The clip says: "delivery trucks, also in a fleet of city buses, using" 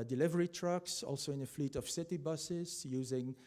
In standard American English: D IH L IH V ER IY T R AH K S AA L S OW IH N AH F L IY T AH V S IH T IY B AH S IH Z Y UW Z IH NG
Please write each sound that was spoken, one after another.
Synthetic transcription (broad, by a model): D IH L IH V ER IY T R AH K S AA L S OW IH N AH F L IY T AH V S IH T IY B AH S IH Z Y UW Z IH NG